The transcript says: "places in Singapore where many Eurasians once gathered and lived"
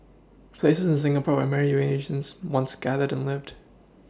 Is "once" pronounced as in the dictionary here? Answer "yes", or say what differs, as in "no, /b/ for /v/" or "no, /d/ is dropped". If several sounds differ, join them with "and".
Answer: yes